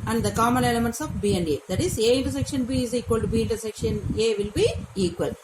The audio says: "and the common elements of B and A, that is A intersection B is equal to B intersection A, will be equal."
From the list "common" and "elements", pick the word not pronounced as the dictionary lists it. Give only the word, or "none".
common